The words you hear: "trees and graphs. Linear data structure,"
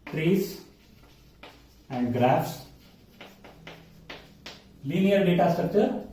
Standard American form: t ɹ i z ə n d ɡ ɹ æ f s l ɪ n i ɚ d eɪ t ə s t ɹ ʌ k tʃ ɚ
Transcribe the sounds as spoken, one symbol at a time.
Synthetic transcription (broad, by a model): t ɹ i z ə n d ɡ ɹ æ f s l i n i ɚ d eɪ t ə s t ɹ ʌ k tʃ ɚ